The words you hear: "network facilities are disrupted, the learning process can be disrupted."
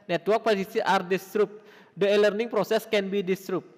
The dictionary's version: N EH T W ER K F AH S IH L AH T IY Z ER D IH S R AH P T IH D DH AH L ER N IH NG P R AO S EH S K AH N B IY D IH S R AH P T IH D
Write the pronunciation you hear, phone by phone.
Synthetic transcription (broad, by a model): N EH T W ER K P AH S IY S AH T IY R D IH S R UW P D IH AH L ER N IH NG P R AO S EH S K AH N B IY D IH S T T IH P